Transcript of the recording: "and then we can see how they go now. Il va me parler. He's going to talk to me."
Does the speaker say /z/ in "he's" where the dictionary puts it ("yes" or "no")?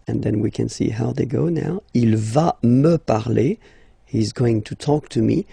yes